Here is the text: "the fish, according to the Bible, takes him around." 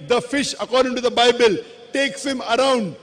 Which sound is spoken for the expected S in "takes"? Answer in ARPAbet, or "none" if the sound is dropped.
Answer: S